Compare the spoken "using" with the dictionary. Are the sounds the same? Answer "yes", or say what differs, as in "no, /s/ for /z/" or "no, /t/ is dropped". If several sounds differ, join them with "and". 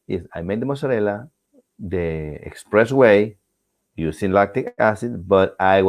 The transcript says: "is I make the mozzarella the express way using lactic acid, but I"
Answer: no, /s/ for /z/